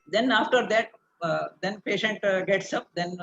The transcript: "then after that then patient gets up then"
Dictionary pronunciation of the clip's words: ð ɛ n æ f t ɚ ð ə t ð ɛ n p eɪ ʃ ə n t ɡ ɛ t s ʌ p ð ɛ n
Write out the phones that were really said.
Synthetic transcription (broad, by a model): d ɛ n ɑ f t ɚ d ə t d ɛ n p eɪ ʃ ə n t ɡ ɛ t s ʌ p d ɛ n